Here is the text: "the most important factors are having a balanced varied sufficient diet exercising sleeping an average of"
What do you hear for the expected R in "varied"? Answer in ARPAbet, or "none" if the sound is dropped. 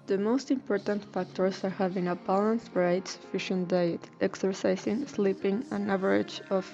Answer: none